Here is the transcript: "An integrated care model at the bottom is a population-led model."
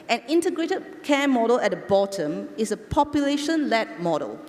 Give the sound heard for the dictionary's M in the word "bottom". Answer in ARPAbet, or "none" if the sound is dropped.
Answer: M